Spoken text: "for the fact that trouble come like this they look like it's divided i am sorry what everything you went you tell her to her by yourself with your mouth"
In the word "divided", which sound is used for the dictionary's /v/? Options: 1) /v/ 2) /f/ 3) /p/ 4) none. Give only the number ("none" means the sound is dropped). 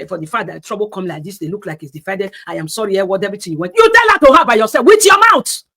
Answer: 2